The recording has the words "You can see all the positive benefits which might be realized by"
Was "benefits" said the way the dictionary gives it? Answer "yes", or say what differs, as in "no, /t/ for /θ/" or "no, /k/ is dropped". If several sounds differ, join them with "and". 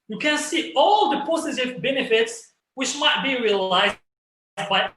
yes